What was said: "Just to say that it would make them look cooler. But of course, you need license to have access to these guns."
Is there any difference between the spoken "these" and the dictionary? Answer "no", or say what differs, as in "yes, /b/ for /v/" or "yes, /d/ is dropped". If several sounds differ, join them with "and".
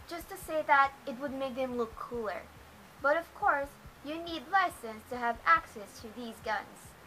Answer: no